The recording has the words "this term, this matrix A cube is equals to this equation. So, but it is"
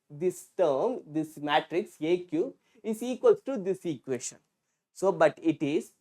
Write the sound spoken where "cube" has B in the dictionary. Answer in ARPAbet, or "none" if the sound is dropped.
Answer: none